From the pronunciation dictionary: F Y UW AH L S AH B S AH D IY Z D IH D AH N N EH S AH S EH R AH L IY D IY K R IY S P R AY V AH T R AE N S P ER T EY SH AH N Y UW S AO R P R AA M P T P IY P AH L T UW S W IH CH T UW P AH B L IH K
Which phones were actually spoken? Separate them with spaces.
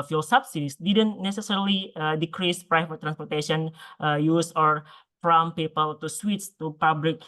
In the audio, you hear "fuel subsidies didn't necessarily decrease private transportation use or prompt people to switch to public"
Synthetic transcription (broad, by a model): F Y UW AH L S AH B S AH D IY S D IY D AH N N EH S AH S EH R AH L IY D IY K R IY S P R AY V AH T R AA N S P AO T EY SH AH N Y UW S AO R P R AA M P P IY P AH L T UW S W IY S T UW P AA B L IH K